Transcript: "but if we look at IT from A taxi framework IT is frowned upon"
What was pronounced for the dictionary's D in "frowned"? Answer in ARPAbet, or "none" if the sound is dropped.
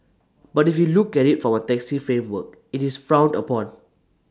D